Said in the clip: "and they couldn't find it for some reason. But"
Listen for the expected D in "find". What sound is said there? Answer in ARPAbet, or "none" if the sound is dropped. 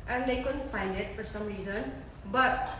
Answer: D